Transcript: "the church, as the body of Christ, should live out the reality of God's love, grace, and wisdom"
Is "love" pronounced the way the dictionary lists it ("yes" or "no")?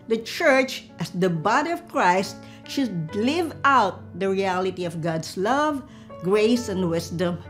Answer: yes